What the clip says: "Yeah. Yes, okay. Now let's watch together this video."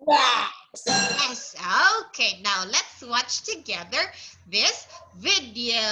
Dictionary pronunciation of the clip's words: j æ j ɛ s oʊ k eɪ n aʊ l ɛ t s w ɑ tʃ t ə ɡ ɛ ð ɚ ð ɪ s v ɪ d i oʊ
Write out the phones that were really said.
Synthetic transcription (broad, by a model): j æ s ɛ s oʊ k eɪ n aʊ l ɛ t s w ɑ tʃ t ə ɡ ɛ ð ɚ ð ɪ s v ɪ d i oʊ